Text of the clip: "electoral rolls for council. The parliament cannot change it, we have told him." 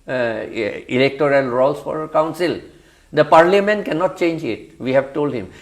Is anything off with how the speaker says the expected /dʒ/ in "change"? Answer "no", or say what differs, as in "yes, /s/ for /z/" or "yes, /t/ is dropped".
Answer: no